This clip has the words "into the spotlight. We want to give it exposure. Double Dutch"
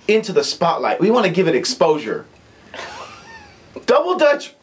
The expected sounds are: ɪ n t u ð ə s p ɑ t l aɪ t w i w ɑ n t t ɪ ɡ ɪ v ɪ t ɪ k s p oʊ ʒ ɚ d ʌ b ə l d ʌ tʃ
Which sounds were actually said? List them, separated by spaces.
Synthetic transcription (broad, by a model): ɪ n t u ð ə s p ɑ t l aɪ t w i w ɑ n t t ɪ ɡ ɪ v ɪ t ɪ k s p oʊ ʒ ɚ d ʌ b l d ʌ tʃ